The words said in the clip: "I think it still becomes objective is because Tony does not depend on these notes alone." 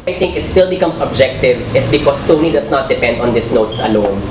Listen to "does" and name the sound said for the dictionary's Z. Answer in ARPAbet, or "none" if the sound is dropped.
S